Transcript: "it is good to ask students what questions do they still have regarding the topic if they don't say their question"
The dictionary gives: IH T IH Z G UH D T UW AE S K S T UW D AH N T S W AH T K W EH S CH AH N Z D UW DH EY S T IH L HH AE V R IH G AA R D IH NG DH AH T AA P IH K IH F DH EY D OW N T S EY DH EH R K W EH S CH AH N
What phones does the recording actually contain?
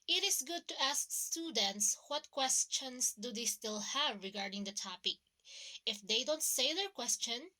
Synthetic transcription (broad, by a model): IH T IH S G UH D T UW AE S K S T UW D AH N T S W AH T K W EH S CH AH N S D UW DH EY S T IH L HH AE V R IH G AA R D IH NG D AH T AA P IH K IH F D EY D OW N T S EY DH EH R K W EH S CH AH N